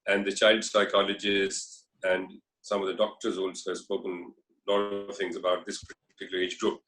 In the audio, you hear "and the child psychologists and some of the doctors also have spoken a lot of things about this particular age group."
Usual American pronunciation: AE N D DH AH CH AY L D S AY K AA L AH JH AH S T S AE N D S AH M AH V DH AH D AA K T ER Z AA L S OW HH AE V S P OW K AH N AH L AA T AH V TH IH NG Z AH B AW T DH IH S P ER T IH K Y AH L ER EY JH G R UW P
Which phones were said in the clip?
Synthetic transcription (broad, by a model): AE N D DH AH CH AY L D S AY K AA L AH JH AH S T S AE N D S AH M AH V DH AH D AA K T ER Z AA L S OW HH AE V S P OW K AH N L AA T AH V T IH NG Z AH B AW T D IH S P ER T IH K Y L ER EY JH G R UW P